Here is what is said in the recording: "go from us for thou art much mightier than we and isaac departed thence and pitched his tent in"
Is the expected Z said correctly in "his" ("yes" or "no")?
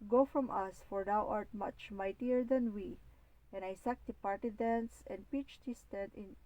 no